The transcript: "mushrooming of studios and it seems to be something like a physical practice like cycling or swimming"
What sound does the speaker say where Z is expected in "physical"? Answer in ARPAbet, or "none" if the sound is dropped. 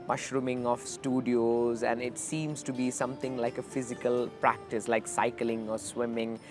Z